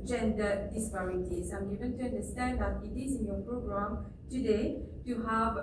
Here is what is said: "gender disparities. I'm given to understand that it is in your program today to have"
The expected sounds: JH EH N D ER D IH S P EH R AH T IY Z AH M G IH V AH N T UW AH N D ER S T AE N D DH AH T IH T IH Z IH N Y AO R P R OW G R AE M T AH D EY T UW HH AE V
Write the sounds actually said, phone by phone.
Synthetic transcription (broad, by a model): JH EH N D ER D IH S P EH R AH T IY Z AH M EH B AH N T UW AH N D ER S T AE N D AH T IH T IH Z IH N Y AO P R OW G R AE M T AH D EY T UW HH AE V